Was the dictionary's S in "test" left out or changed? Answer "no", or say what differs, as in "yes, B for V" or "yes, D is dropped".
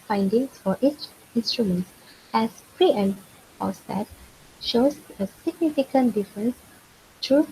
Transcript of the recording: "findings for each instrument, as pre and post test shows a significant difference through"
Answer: yes, S is dropped